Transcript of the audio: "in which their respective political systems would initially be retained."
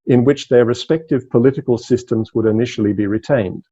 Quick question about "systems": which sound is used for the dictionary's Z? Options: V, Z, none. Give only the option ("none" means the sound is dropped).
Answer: Z